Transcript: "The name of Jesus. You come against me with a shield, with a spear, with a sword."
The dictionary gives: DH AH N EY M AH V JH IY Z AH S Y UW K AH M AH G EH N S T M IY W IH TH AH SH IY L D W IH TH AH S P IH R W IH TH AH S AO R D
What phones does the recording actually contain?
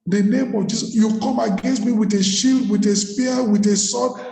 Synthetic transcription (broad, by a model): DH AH N EY M AH V JH IY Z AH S Y UW K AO M AH G EH N S T M IY W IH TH AH SH IY L D W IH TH AH S P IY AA W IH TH AH S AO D